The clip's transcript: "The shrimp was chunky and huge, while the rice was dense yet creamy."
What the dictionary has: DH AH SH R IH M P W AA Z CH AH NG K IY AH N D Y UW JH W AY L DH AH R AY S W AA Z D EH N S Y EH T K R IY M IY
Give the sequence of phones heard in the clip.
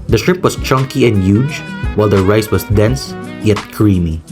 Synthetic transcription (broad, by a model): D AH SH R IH P W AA S CH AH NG K IY AH N D Y UW JH W AY L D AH R AY S W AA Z D EH N S Y EH T K R IY M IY